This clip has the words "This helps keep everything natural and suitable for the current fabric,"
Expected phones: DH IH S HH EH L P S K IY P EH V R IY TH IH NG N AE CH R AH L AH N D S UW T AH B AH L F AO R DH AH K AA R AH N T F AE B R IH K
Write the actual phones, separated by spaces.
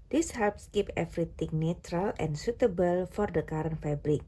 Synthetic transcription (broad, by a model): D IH S HH EH L P S K IY P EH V R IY T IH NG N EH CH R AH L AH N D S UW T AH B AH L F AO R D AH K AA R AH N F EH B R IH K